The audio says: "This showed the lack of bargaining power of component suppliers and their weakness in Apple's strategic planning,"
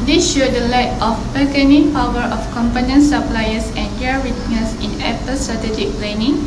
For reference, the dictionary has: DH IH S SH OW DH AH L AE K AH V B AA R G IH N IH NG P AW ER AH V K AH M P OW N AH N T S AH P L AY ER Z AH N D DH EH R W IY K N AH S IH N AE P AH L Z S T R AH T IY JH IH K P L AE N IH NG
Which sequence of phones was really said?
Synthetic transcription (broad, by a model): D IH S SH OW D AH L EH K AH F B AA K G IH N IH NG P AW ER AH F K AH M P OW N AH N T S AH P L AY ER S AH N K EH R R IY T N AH S IH N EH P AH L S T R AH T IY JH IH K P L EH N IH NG